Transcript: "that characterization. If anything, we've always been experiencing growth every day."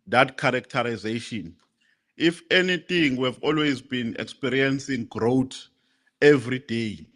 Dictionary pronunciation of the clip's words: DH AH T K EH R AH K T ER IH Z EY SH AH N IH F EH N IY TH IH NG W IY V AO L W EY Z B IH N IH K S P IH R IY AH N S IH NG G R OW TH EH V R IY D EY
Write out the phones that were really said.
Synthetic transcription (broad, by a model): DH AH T K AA R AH K T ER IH Z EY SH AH N IH F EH N IY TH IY NG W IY V AO L W EY Z B IH N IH K S P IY R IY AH N S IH NG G R OW T EH V R IY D EY